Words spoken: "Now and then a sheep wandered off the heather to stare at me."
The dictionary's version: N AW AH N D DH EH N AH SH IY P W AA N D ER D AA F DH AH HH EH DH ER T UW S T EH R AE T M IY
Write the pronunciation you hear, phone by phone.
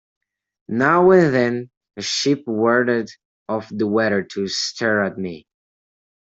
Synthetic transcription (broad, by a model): N AW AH N DH EH N AH SH IY P W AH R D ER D AA F DH AH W EH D ER T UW S T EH R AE T M IY